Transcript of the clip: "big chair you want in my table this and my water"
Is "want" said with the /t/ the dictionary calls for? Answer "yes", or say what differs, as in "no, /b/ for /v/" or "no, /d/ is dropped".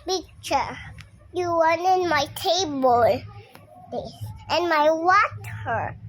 no, /t/ is dropped